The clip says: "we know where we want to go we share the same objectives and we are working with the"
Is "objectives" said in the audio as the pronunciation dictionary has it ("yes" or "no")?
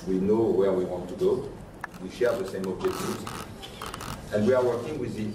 no